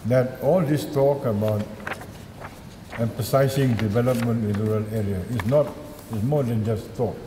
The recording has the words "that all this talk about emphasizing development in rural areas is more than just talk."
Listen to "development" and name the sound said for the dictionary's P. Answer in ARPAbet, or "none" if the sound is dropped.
P